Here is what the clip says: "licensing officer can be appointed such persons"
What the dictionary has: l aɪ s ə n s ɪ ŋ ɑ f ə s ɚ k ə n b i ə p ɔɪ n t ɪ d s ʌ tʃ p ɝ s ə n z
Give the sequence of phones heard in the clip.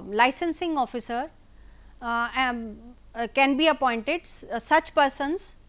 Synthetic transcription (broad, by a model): l aɪ s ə n s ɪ ŋ ɑ f ə s ɚ k ə n b i ə p ɔɪ n t ɪ d s ʌ tʃ p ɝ s ə n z